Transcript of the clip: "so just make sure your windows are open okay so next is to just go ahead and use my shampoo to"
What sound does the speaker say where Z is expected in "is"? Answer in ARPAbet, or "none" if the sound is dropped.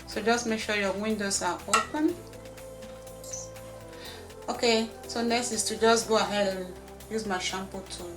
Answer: S